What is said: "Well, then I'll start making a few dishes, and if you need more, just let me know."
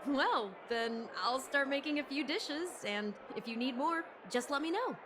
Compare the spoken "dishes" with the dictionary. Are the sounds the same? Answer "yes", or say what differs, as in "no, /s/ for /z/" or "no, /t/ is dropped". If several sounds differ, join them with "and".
yes